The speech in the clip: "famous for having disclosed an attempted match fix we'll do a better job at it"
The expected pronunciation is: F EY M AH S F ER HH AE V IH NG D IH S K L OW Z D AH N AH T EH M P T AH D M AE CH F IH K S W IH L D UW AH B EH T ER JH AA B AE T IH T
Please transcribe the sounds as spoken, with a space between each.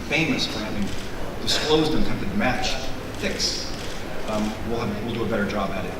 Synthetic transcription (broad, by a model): F EY M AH S F ER HH AE V IH NG D IH S K L OW Z D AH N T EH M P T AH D M AE CH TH IH K S W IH L D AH AH B EH T ER JH AA B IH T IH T